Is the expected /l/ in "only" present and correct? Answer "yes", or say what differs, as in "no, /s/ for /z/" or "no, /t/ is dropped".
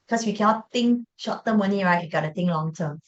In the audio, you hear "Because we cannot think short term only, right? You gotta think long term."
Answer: no, /l/ is dropped